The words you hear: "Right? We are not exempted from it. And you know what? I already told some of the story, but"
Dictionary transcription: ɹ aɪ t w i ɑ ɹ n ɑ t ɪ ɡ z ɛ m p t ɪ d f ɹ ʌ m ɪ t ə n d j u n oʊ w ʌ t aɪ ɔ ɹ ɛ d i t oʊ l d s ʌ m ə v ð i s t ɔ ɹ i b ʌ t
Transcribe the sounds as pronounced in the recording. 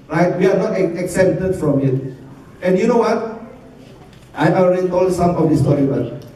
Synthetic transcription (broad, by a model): ɹ aɪ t w i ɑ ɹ n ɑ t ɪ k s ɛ p t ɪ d f ɹ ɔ m ɪ t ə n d j u n oʊ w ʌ t aɪ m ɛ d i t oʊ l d s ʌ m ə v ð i s t ɔ ɹ i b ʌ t